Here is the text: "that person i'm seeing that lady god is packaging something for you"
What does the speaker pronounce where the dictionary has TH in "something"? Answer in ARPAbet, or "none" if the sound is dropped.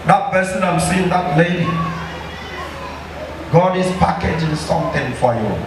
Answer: T